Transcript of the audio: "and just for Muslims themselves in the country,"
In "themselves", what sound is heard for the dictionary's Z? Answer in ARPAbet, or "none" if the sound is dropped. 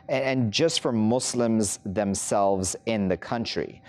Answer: Z